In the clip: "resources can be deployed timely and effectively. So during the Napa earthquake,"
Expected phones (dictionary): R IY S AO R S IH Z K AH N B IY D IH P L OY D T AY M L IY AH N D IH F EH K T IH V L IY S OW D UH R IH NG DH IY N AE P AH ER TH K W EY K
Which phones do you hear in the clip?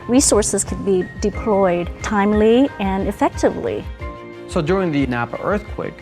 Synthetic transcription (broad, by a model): R IY S AO R S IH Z K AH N B IY D IH P L OY D T AY M L IY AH N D IH F EH K T IH V L IY S OW D UH R IH NG DH IY N AE P AH ER TH K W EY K